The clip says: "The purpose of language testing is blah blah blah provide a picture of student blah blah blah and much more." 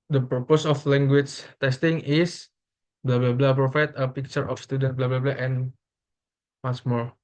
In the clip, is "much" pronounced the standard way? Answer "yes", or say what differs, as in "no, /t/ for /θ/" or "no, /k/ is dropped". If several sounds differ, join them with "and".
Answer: no, /s/ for /tʃ/